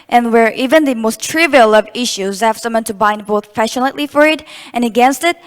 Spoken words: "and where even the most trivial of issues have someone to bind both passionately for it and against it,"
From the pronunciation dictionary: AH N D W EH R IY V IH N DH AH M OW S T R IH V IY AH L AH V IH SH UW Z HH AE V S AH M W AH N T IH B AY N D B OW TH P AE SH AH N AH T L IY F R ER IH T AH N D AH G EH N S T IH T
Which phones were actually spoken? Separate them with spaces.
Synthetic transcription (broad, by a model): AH N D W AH R IY V IH N DH AH M OW S T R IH V IY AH L AH V IH SH UW Z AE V S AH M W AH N T IH B AY N D B OW TH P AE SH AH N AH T L IY F R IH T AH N AH G EH N S T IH T